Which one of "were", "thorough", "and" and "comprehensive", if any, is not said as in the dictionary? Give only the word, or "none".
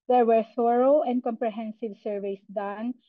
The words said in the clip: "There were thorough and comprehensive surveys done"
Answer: thorough